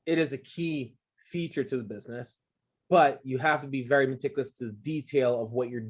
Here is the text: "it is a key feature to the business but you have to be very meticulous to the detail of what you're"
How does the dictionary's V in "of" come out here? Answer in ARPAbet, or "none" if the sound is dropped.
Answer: V